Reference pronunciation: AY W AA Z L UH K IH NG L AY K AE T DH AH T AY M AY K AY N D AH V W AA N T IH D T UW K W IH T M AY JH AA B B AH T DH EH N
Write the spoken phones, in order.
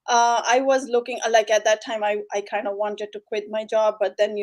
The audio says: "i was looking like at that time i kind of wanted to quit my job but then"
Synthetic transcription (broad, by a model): AY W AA Z L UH K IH NG L AY K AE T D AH T AY M AY K AY N D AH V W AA N T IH D T UW K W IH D M AY JH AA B B AH T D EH N